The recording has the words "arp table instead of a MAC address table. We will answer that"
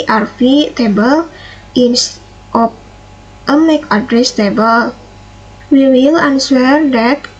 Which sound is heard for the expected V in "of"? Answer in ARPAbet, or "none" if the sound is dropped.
P